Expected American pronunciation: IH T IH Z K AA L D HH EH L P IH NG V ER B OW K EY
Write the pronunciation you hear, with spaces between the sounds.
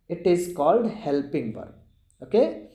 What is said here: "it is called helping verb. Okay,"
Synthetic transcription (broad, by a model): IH T IH Z K AA L D HH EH L P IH NG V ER OW K EY